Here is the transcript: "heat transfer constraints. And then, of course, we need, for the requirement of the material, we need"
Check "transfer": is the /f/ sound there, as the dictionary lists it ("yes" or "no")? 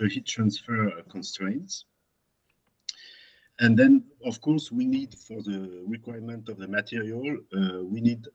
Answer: yes